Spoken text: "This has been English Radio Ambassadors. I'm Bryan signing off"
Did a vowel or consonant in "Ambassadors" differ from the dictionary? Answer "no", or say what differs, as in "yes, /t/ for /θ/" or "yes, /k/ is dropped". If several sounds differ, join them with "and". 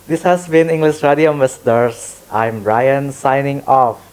yes, /b/ is dropped and /s/ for /z/